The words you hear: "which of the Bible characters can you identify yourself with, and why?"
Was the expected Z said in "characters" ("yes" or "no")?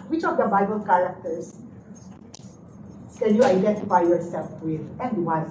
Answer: no